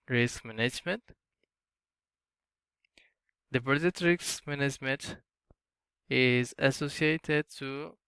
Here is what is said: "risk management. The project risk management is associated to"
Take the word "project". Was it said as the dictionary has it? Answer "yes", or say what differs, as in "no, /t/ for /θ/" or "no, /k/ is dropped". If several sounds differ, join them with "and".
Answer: no, /k/ is dropped